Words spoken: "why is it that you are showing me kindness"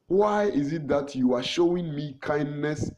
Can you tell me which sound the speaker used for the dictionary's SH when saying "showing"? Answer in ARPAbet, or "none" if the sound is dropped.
SH